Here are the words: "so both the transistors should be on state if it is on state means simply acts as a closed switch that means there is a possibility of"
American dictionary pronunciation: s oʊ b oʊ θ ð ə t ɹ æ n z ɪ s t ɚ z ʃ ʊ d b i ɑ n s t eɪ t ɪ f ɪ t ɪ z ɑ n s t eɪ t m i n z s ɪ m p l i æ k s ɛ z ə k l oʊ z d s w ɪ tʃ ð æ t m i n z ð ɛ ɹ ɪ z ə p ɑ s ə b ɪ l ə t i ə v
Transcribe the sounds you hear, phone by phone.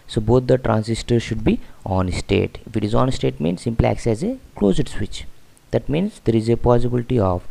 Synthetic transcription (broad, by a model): s oʊ b oʊ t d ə t ɹ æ n s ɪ s t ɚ ʃ ʊ d b i ɑ n s t eɪ t ɪ f ɪ t ɪ z ɑ n s t eɪ t m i n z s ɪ m p l i æ k s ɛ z ə k l oʊ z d s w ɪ tʃ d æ t m i n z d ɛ ɹ ɪ z ə p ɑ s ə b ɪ l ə t i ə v